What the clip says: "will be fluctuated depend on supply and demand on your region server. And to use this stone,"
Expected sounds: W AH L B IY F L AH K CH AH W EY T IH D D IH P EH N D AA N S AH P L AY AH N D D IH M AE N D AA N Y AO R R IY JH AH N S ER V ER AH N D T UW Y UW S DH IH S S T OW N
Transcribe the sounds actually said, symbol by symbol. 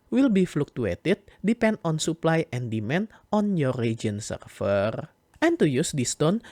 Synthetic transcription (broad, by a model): W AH L B IY F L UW K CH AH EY T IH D D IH P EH N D AA N S AH P L AY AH N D D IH M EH N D AA N Y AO R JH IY AH N S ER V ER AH N T UW Y UW S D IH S S T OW N